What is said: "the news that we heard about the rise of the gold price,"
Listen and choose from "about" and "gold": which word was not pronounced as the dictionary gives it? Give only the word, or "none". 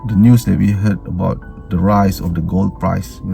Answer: none